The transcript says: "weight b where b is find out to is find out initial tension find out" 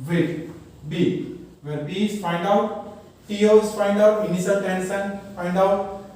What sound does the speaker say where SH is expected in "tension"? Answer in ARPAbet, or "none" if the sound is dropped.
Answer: S